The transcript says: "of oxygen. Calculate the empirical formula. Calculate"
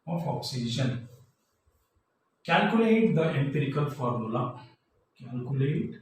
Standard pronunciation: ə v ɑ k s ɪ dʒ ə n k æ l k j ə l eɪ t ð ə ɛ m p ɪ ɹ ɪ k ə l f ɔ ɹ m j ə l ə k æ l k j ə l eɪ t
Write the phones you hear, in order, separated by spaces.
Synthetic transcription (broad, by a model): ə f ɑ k s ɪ ʃ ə n k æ l k j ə l eɪ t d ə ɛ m p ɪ ɹ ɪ k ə l f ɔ ɹ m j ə l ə k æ l k j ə l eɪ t